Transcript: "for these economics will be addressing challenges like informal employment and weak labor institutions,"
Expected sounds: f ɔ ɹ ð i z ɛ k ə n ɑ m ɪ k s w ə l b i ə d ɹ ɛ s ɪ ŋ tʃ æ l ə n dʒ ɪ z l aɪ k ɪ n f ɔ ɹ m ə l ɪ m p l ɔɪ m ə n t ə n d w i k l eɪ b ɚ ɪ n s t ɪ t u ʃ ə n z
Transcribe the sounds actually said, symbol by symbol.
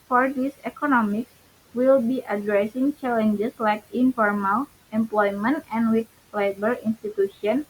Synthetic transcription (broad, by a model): f ɔ ɹ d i s ɛ k ə n ɑ m ɪ k s w ə l b i ə d ɹ ɛ s ɪ ŋ tʃ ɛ l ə n dʒ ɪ s l aɪ k ɪ n f ɔ ɹ m ə l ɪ m p l ɔɪ m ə n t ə n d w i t l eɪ b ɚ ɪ n s t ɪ t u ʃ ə n